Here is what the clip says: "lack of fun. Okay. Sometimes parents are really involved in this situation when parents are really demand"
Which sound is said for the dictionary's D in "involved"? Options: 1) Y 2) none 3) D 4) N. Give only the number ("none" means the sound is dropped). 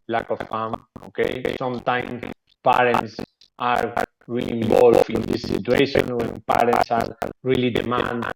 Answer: 2